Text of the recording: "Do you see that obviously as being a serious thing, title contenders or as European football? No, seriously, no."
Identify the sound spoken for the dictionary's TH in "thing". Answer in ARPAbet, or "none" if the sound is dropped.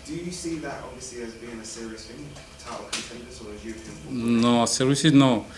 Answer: F